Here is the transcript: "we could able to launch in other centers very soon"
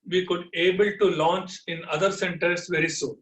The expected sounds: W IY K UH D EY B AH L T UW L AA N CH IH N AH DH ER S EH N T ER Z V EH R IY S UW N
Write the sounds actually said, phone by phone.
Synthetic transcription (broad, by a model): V IY K UH D EY B AH L T UW L AA N CH IH N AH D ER S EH N T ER S V EH R IY S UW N